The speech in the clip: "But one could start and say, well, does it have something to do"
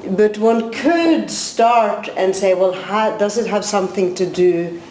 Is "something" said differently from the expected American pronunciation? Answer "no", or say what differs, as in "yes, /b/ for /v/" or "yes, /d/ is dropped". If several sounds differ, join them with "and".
no